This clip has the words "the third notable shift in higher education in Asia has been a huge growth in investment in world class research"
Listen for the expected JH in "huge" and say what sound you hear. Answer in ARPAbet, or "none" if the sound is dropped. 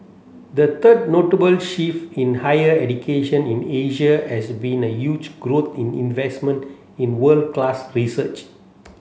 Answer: JH